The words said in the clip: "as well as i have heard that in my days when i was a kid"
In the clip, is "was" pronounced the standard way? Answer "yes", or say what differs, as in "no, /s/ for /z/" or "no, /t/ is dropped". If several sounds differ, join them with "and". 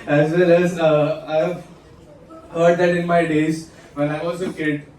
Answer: no, /s/ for /z/